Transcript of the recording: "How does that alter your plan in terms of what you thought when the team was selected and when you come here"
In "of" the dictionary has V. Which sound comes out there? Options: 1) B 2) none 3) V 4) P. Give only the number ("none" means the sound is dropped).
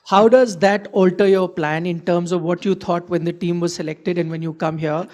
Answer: 3